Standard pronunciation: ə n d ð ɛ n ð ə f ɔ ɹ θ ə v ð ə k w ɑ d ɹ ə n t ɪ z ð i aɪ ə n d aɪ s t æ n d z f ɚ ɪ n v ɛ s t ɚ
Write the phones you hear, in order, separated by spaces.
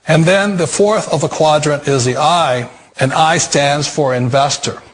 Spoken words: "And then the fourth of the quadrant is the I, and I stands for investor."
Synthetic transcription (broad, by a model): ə n ð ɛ n ð ə f ɔ ɹ θ ə v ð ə k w ɑ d ɹ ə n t ɪ z ð i aɪ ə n aɪ s t æ n d z f ɚ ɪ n v ɛ s t ɚ